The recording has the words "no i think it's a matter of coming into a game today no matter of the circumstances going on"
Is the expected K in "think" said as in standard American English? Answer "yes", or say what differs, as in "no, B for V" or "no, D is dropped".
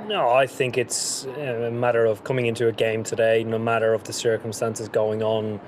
yes